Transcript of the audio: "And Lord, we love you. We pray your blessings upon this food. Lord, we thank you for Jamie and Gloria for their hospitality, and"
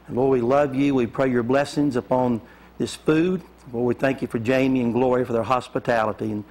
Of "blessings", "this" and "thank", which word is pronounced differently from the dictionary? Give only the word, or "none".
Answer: none